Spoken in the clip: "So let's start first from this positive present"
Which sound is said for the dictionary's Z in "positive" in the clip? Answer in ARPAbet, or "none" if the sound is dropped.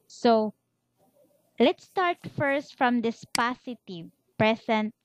S